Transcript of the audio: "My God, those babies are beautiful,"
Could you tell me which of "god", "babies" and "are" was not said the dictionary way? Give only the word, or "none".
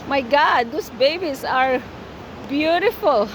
babies